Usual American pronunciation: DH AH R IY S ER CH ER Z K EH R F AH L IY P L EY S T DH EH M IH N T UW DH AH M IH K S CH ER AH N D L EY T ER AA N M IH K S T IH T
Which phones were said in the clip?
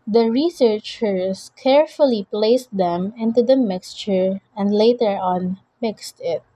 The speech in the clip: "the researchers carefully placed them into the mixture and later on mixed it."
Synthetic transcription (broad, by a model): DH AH R IY S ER CH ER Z K EH R F AH L IY P L EY S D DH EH M IH N T UW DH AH M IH K S CH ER AH N D L EY T ER AA N M IH K S T IH T